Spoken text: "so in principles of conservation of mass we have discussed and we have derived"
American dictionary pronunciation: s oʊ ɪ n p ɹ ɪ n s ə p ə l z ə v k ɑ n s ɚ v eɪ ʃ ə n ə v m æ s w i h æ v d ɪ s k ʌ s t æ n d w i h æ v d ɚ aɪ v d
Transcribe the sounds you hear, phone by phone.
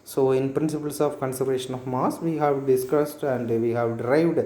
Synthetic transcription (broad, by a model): s oʊ ɪ n p ɹ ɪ n s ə p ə l s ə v k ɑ n s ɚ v eɪ ʃ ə n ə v m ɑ s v i h æ v d ɪ s k ʌ s t æ n d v i h æ v d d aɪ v d